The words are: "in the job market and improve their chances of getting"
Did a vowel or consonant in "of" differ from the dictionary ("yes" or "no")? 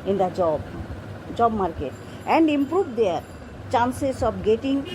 yes